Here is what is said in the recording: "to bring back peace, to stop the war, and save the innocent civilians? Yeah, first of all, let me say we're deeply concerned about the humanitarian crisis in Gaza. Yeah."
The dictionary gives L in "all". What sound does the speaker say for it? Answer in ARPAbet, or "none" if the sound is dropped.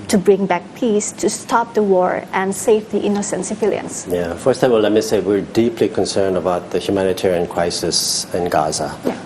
W